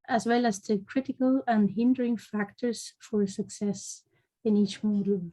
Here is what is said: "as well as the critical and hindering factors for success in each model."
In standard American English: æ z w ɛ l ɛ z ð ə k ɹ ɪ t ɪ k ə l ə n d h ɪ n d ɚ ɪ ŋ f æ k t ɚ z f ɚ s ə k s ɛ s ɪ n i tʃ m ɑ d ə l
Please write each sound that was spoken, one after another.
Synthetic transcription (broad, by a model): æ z w ɛ l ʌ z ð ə k ɹ ɪ t ɪ k ə l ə n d h ɪ n d ɚ ɪ ŋ f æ k t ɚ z f ɚ s ə k s ɛ s ɪ n i tʃ m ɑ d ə l